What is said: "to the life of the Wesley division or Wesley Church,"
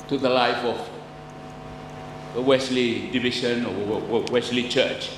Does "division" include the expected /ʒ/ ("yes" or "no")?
no